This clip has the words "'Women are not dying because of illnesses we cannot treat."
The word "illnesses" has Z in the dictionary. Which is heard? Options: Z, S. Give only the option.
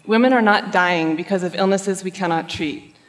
Z